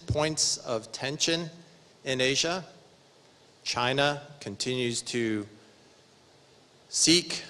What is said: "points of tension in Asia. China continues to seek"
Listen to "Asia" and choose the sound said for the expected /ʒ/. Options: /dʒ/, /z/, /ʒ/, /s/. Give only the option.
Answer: /ʒ/